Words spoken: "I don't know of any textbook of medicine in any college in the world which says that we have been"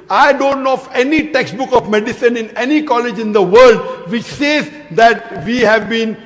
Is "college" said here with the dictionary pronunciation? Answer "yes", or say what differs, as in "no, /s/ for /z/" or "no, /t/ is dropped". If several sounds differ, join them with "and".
yes